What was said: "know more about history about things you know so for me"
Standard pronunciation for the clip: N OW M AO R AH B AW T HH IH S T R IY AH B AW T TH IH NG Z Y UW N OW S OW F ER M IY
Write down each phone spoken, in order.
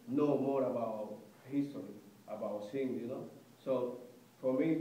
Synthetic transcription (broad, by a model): N OW M AO R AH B AW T HH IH S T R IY AH B AW T S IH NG Y UW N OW S OW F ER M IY